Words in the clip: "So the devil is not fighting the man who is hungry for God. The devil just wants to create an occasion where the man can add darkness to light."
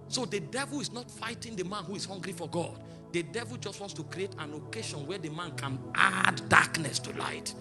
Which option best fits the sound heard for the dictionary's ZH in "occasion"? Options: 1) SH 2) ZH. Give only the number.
1